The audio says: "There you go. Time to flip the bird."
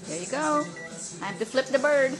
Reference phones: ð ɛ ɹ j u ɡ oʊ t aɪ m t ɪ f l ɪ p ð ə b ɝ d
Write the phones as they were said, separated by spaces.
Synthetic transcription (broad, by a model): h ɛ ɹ j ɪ ɡ oʊ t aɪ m t ɪ f l ɪ p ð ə b ɝ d